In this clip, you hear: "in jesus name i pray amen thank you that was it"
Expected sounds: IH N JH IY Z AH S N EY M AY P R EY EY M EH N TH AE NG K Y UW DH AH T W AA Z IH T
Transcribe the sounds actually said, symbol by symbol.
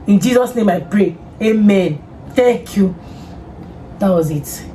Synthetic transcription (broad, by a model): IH N JH IY Z AH S N EY M AY P R EY EY M EH N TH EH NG K Y UW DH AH T W AA Z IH T